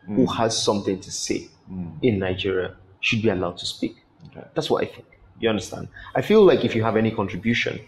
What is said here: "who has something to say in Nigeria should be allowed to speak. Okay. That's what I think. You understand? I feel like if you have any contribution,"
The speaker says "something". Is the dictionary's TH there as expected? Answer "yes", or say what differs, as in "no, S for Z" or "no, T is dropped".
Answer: yes